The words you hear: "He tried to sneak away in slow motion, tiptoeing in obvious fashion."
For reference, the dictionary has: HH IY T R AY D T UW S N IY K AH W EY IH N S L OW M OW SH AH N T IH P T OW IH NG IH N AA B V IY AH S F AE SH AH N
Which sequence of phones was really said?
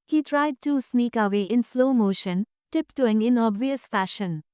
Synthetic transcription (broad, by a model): HH IY T R AY D T UW S N IY K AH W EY IH N S L OW M OW SH AH N T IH P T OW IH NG IH N AA B V IY AH S F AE SH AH N